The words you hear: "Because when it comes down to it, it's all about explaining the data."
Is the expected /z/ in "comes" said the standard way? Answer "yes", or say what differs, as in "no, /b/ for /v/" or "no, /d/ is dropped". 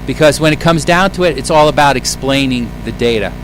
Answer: yes